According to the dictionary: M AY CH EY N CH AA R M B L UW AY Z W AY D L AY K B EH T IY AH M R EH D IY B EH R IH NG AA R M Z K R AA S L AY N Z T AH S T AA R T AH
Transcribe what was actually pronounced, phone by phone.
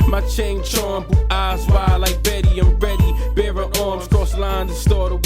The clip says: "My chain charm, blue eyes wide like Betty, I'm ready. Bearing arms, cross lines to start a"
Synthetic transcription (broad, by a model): M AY CH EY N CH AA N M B UW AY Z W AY L AY K B EH T IY AH M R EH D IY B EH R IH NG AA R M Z K R AA S L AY N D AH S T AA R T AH